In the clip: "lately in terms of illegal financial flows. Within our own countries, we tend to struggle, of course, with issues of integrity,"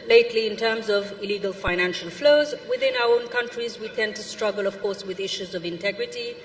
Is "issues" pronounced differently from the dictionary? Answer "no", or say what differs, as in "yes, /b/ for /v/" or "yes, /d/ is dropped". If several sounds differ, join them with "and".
no